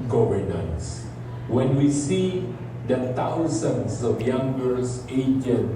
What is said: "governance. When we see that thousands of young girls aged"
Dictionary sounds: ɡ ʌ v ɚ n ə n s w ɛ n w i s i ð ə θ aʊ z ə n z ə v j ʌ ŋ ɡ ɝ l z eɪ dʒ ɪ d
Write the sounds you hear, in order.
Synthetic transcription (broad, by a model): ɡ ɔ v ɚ n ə n s w ɛ n w i s i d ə t aʊ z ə n s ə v j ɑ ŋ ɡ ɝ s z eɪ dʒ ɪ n